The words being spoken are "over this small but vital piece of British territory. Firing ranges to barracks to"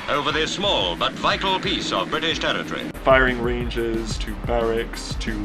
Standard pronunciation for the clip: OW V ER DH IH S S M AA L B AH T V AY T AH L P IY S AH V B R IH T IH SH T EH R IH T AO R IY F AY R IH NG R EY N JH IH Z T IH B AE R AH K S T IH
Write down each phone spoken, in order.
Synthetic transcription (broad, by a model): OW V ER DH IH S S M AA L B AH T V AY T L P IY S AH V B R IH T IH SH T EH R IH T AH R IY F AY R IH NG R EY N JH IH Z T IH B AE R AH K S T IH